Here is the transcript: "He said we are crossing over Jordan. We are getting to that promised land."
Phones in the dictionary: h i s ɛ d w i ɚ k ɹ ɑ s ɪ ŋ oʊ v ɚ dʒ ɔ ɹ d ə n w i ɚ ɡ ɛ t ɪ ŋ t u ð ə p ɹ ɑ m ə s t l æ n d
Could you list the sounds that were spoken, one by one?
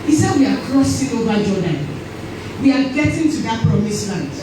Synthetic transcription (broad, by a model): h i s ɛ d w i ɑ k ɹ ɑ s ɪ ŋ oʊ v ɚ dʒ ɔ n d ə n w i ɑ ɡ ɛ t ɪ ŋ t u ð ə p ɹ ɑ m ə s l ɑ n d